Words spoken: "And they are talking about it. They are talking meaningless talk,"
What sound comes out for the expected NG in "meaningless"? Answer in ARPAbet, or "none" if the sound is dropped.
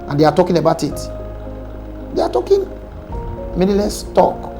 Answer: none